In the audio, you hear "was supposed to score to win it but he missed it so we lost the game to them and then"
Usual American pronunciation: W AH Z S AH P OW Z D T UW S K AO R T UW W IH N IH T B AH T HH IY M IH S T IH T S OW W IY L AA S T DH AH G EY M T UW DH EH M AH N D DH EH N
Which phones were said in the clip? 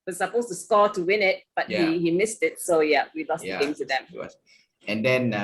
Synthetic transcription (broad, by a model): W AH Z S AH P OW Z T UW S K AO T UW W IH N IH T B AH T HH IY M IH S T IH T S OW W IY L AA S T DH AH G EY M T UW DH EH M AH N D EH N